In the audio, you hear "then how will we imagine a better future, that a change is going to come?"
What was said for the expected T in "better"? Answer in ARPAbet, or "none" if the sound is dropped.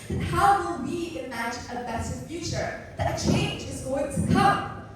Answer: S